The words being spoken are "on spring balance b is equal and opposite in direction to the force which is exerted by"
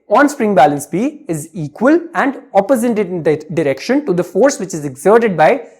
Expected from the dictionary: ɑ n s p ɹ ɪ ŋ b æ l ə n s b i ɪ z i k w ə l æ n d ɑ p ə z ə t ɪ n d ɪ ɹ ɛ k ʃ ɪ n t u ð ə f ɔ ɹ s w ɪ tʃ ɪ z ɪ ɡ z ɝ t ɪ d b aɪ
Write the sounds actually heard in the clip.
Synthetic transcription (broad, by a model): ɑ n s p ɹ ɪ ŋ b æ l ə n s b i ɪ z i k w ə l æ n d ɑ p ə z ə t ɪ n d ɪ ɹ ɛ k ʃ ɪ n t u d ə f ɔ ɹ s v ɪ tʃ ɪ z ɪ ɡ z ɝ t ɪ d b aɪ